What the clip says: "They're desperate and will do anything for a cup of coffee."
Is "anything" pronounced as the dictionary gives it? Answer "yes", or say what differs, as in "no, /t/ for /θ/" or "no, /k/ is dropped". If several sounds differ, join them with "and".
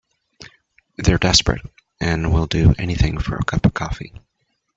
yes